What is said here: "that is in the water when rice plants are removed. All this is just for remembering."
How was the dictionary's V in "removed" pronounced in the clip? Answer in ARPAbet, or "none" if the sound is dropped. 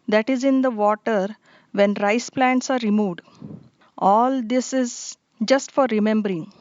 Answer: V